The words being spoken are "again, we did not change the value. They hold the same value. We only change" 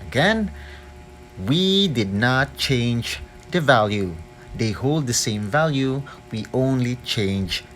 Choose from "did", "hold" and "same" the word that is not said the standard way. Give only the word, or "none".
none